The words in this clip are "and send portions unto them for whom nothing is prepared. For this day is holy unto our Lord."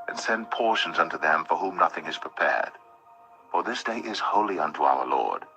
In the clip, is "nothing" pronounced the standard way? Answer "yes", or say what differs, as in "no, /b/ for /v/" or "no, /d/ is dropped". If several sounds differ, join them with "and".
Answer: yes